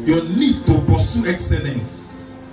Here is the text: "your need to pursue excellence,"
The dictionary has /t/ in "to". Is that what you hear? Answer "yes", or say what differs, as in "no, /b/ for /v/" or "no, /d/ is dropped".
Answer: yes